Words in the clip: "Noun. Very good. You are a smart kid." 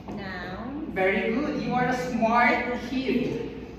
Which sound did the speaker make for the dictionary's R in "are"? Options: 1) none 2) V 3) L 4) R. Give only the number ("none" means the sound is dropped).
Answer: 4